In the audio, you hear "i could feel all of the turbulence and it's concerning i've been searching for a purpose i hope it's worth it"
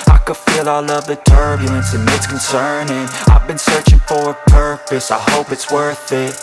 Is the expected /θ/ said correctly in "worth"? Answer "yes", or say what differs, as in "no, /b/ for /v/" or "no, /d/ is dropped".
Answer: yes